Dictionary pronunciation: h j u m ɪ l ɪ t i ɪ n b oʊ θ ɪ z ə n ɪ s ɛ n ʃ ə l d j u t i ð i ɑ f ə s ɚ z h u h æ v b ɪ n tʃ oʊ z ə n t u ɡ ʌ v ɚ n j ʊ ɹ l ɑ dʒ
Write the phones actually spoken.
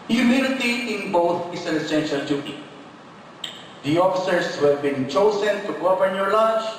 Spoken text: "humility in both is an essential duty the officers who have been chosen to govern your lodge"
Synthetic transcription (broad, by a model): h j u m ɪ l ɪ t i ɪ n b oʊ t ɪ s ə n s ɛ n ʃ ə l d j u t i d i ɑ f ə s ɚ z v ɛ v b ɪ n tʃ oʊ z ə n t u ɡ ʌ p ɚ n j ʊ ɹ l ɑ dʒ